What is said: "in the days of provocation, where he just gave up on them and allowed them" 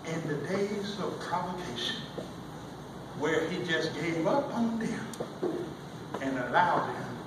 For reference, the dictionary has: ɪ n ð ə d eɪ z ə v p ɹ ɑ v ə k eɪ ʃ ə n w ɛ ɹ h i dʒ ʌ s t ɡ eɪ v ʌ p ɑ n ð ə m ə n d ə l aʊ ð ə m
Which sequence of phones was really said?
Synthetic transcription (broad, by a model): ɪ n ð ə d eɪ z ə v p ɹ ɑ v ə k eɪ ʃ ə n w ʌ ɹ i dʒ ʌ s ɡ eɪ v ʌ p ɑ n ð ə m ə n ə l aʊ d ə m